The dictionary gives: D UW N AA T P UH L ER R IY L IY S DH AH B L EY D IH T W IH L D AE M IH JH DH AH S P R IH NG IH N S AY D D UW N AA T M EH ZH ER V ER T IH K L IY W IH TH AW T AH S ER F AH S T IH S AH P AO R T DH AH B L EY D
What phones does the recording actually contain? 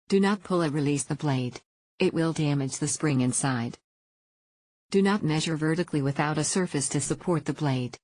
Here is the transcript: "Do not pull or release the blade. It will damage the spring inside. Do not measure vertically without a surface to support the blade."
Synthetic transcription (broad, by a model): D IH N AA T P UH L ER R IY L IY S DH AH B L EY D IH T W IH L D AE M IH JH DH AH S P R IH NG IH N S AY D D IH N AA T M EH ZH ER V ER T IH K L IY W IH TH AW T AH S ER F AH S T IH S AH P AO R T DH AH B L EY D